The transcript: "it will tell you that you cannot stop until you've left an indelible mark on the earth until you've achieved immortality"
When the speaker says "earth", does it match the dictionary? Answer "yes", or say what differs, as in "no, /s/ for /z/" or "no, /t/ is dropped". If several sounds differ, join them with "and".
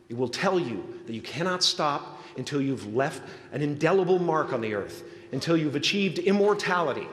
yes